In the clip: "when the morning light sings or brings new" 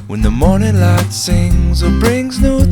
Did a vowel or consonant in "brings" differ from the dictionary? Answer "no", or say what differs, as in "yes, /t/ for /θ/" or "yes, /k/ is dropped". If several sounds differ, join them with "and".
no